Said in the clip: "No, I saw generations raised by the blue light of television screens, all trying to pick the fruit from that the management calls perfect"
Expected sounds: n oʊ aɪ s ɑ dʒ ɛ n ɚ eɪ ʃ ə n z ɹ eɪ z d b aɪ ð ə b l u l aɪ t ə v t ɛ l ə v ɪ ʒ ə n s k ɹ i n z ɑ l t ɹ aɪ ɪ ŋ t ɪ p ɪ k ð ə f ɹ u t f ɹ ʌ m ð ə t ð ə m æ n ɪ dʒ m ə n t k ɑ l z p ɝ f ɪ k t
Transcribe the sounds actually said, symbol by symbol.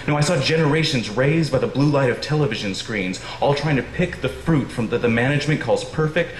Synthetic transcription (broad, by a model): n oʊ aɪ s ɑ dʒ ɛ n ɚ eɪ ʃ ə n z ɹ eɪ z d b aɪ ð ə b l u l aɪ t ə v t ɛ l ə v ɪ ʒ ə n s k ɹ i n z ɑ l t ɹ aɪ ɪ ŋ t ɪ p ɪ k ð ə f ɹ u t f ɹ ʌ m ð ə t ð ə m æ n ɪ dʒ m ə n k ɑ l z p ɝ f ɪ k t